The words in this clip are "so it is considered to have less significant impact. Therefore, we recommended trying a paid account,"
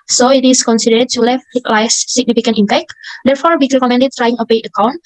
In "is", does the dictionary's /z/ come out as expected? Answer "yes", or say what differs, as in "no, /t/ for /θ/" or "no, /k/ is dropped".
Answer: no, /s/ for /z/